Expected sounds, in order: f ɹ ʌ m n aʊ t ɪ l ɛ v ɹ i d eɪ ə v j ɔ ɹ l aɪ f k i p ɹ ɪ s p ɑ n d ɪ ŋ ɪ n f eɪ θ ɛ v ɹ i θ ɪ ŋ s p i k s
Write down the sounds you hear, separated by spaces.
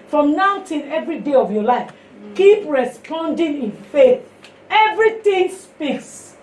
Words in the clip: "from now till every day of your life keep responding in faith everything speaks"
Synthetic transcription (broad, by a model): f ɹ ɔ m n aʊ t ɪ n ɛ v ɹ i d eɪ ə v j ɔ l aɪ f k i p ɹ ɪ s p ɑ n d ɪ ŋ ɪ n f eɪ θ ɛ v ɹ i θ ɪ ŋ s p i k s